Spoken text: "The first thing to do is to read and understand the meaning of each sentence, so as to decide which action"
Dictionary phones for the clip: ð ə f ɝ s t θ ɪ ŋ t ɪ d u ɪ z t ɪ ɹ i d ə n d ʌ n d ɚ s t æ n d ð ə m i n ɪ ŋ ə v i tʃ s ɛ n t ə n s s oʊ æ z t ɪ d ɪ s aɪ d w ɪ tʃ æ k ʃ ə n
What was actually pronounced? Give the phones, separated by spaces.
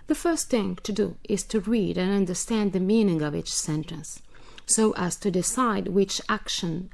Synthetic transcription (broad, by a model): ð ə f ɝ s t θ ɪ ŋ t ɪ d u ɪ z t ɪ ɹ i d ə n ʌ n d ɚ s t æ n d ð ə m i n ɪ ŋ ə v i tʃ s ɛ n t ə n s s oʊ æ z t ɪ d ɪ s aɪ d w ɪ tʃ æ k ʃ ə n